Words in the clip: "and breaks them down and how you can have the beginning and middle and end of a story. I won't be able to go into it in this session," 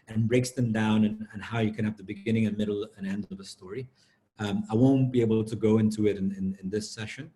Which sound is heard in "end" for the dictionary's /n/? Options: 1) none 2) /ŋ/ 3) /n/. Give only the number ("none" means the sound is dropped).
3